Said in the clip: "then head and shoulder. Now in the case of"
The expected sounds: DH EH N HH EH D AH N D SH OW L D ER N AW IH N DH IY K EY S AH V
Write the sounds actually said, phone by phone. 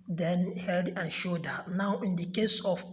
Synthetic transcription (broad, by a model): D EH N HH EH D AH N SH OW D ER N AW IH N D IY K EY S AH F